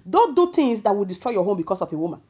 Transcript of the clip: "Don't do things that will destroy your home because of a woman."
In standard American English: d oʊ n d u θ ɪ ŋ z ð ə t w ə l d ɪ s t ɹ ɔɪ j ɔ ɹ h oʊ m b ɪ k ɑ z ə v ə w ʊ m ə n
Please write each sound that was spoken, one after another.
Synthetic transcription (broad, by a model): d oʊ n d u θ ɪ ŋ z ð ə t w ə l d ɪ s t ɹ ɔɪ j ɔ h oʊ m b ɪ k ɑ s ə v ə w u m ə n